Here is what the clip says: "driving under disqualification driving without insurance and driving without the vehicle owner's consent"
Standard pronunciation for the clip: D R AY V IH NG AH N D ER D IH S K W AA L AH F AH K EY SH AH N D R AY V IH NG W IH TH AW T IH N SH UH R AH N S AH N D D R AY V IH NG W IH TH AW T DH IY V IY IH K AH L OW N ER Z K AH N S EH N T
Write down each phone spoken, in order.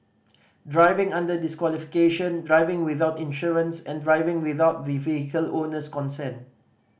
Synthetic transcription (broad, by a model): D R AY V IH NG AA N D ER D IH S K W AA L AH F AH K EY SH AH N D R AY V IH NG W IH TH AW T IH N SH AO R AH N S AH N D D R AY V IH NG W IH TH AW T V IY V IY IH K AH L OW N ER S K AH N S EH N